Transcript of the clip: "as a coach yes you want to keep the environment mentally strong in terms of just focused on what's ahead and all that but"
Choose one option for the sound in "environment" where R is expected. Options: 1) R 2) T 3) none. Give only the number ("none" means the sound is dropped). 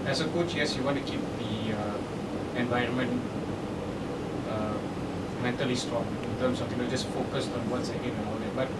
1